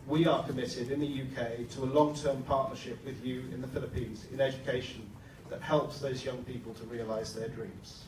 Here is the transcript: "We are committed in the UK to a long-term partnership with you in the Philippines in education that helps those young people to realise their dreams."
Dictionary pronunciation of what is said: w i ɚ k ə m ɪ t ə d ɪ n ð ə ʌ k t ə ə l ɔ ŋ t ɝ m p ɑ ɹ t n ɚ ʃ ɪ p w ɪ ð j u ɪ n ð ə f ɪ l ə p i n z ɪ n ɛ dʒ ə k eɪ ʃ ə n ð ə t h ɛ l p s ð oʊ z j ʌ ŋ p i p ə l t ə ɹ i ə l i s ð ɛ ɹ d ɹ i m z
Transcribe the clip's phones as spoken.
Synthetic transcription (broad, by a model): w i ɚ k ə m ɪ t ə d ɪ n ð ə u k t ə ə l ɔ ŋ t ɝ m p ɑ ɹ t n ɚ ʃ ɪ p w ɪ ð j u ɪ n ð ə f ɪ l ə p i n z ɪ n ɛ dʒ ə k eɪ ʃ ə n ð ə t h ɛ l p s ð oʊ z j ʌ ŋ p i p ə l t ə ɹ i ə l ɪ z ð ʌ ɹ d ɹ i m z